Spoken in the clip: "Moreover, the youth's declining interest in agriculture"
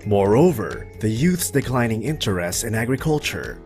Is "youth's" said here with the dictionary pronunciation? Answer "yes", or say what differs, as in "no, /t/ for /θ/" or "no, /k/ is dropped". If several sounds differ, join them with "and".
yes